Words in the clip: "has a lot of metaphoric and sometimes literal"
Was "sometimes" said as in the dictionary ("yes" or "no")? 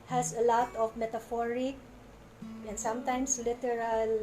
no